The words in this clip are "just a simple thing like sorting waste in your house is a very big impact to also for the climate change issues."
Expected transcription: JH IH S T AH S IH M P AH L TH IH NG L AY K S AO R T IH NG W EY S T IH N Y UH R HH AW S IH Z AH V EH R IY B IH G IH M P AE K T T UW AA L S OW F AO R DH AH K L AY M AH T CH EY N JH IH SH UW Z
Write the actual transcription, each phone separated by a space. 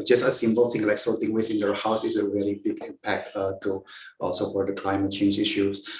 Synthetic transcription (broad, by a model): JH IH S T AH S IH M P AH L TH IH NG L AY K S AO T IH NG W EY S IH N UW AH HH AW S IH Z AH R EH L IY B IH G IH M P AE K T T UW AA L S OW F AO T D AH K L AY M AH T CH EY N JH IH SH UW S